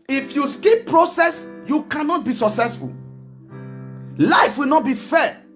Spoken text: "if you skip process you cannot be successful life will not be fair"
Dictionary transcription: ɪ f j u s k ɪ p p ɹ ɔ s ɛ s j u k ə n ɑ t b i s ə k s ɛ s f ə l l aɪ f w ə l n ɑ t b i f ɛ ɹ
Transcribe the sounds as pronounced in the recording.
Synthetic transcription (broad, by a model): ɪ f j u s k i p p ɹ ɔ s ɛ s j u k ə n ɑ t b i s ə k s ɛ s f ə l l aɪ f w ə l n ɑ t b i f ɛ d